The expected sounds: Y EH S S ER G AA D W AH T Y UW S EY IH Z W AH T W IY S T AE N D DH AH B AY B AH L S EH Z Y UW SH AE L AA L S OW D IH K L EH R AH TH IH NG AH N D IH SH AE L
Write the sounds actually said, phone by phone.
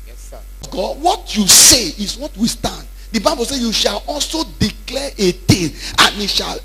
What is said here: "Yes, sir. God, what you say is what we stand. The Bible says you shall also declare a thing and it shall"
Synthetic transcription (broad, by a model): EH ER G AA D W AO T Y UW S EY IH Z W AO T W IY S T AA N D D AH B AY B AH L S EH Y UW SH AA L AA L S OW D IH K L EH R AH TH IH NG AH N IH SH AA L